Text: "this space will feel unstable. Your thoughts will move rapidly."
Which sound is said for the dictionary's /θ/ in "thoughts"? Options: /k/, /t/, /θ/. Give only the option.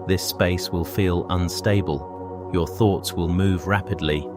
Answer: /θ/